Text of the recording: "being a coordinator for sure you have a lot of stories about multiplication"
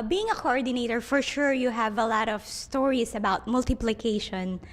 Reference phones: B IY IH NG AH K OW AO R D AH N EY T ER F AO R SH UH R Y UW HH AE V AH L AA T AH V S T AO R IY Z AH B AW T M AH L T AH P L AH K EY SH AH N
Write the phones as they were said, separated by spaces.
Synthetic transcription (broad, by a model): B IY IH NG AH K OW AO R D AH N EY T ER F AO R SH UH R Y UW HH AE V AH L AA T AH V S T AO R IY S AH B AW T M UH L T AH P L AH K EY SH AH N